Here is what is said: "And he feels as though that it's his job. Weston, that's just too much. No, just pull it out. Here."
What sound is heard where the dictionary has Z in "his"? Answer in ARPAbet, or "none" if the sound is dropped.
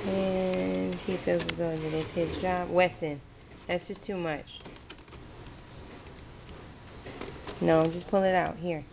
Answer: Z